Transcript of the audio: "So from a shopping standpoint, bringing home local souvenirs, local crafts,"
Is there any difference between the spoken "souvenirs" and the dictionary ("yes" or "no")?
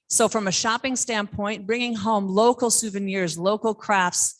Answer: no